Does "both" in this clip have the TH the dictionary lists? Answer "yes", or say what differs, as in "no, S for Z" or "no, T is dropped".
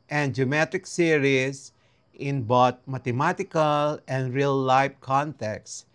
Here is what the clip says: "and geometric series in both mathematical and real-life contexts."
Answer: no, T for TH